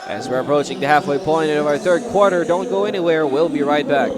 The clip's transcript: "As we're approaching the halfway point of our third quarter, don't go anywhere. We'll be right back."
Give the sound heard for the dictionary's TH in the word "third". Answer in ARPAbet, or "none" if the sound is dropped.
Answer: TH